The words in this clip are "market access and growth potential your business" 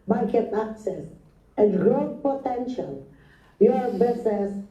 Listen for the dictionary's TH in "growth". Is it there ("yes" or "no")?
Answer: no